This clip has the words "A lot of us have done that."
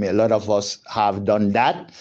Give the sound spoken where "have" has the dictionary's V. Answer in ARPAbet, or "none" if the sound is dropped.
V